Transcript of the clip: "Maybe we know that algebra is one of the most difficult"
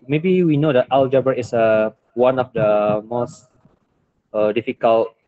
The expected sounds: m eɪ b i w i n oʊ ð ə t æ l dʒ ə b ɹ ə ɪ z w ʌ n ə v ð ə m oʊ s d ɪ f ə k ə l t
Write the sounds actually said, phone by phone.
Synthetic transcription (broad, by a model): m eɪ b i w i n oʊ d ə t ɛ l dʒ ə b ə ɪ s w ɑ n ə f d ə m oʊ s d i f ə k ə l t